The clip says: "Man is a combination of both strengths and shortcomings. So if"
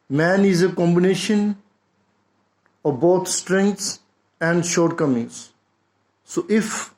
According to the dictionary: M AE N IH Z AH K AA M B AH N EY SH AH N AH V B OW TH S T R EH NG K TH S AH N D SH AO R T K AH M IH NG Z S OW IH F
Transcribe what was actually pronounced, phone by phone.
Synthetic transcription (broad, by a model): M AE N IH Z AH K AA M B AH N EY SH AH N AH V B OW T S T R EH NG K T S AH N D SH AO R T K AH M IH NG Z S OW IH F